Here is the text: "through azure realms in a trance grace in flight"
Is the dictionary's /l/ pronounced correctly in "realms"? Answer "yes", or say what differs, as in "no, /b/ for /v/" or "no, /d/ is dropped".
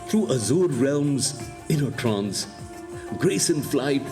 yes